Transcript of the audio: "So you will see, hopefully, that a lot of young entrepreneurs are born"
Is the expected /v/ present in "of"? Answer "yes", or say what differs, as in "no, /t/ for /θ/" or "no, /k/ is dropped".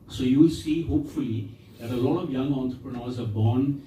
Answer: yes